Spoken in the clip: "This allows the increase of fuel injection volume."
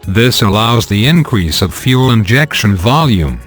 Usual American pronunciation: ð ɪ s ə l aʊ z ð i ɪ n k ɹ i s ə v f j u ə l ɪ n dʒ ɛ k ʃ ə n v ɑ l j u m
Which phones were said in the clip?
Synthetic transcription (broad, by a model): ð ɪ s ə l aʊ z ð i ɪ n k ɹ i s ə v f j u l ɪ n dʒ ɛ k ʃ ə n v ɑ l j u m